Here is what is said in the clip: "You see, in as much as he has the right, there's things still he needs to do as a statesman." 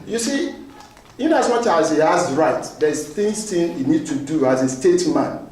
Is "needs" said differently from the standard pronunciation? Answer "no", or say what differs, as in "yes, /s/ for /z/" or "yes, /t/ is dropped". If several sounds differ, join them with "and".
yes, /z/ is dropped